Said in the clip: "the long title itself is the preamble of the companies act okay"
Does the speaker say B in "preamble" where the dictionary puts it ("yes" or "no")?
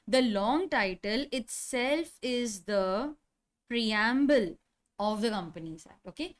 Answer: yes